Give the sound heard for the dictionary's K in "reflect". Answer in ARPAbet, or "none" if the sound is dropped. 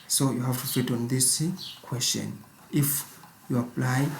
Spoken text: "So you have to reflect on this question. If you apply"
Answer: none